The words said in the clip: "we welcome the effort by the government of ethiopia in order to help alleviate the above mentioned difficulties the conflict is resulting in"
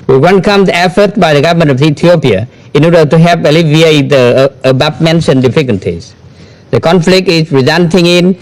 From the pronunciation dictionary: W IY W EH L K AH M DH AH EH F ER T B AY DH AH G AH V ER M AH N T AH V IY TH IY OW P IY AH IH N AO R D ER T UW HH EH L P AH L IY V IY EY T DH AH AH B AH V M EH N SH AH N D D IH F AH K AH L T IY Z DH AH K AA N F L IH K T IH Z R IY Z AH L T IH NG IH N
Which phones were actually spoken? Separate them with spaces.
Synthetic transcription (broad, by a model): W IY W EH N K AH M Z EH F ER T B AY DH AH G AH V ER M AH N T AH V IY T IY OW P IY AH IH N AO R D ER T UW HH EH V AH L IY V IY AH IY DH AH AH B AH P M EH N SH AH N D D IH F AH K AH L T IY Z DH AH K AA N F L IH K T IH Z R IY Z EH N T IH NG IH N